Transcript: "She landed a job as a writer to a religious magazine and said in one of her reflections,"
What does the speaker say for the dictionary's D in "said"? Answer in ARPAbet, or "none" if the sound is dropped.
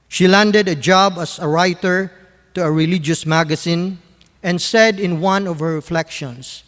D